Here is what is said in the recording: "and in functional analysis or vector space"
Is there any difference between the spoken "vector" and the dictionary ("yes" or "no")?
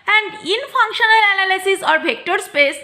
yes